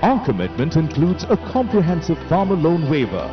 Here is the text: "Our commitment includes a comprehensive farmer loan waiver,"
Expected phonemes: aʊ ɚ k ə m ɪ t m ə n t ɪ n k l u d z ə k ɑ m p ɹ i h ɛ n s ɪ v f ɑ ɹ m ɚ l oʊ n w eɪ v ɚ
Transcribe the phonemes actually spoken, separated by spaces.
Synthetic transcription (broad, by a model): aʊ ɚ k ə m ɪ t m ə n t ɪ n k l u d z ə k ɑ m p ɹ i h ɛ n s ɪ v f ɑ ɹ m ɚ l oʊ n w eɪ v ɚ